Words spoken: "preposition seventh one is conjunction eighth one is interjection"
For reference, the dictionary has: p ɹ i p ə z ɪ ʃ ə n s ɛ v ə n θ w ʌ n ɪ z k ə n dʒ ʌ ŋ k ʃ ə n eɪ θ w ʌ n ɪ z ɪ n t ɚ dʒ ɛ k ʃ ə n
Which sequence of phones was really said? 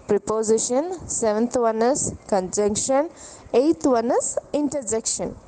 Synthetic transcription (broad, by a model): p ɹ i p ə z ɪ ʃ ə n s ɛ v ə n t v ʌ n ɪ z k ə n dʒ ʌ ŋ k ʃ ə n eɪ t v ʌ n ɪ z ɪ n t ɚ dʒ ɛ k ʃ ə n